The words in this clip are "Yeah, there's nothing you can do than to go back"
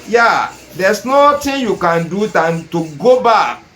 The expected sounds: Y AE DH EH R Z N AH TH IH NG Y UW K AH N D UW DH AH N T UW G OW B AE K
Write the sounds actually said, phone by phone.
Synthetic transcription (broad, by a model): Y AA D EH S N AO T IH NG Y UW K AH N D UW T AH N T UW G OW B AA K